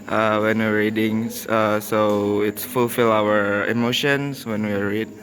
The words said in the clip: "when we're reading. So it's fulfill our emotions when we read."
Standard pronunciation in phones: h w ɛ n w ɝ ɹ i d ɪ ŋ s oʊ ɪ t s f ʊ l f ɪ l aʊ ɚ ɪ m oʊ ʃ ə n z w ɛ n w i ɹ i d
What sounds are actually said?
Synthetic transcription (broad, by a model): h w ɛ n w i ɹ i d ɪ ŋ s oʊ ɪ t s f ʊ l f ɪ l aʊ ɚ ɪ m oʊ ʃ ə n s w ɛ n w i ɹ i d